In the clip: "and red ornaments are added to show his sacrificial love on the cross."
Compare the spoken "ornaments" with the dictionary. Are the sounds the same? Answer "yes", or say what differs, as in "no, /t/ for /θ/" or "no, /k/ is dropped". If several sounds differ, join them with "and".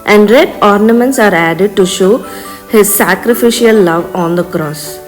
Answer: yes